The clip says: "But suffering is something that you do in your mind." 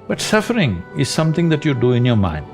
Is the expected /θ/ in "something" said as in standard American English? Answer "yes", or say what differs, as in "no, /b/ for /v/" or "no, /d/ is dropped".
no, /t/ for /θ/